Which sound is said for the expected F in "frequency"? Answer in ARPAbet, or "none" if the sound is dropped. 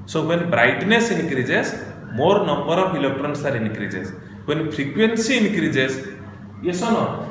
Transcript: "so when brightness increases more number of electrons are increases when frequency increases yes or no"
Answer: P